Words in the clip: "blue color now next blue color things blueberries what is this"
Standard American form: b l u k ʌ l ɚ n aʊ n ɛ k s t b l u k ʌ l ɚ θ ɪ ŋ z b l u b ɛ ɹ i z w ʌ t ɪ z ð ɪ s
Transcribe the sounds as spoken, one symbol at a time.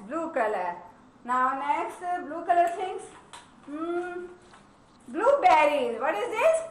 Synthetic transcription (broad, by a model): b l u k ʌ l ɚ n aʊ n ɛ k s t b l u k ʌ l ɚ t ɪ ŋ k b l u b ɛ ɹ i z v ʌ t ɪ z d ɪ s